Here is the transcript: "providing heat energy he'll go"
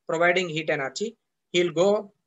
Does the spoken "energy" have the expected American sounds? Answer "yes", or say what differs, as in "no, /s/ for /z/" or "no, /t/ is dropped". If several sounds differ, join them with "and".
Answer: no, /tʃ/ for /dʒ/